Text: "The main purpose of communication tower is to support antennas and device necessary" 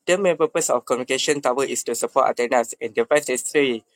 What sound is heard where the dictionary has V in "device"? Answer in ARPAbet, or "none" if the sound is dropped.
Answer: F